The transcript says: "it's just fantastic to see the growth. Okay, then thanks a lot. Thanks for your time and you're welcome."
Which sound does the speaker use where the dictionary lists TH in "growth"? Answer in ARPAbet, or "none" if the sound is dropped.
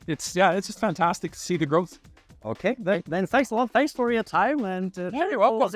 TH